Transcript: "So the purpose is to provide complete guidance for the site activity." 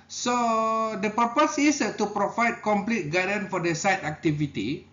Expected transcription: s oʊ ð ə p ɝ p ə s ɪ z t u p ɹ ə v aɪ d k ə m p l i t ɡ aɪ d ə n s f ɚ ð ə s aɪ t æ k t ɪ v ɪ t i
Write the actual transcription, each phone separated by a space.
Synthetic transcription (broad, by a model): s oʊ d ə p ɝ p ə s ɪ s t u p ɹ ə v aɪ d k ə m p l i t ɡ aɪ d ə n f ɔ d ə s aɪ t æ k t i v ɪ t i